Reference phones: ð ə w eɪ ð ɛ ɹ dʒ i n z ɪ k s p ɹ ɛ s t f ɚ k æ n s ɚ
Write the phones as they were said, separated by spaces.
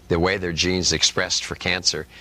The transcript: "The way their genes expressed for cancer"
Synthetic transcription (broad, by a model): ð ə w eɪ ð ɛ ɹ dʒ i n z ɪ k s p ɹ ɛ s t f ɚ k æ n s ɚ